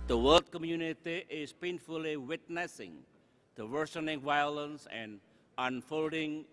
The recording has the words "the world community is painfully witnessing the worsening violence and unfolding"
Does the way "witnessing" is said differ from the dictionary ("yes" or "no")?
no